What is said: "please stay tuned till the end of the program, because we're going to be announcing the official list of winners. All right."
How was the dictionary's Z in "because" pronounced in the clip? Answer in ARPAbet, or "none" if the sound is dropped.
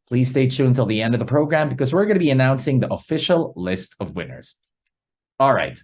Z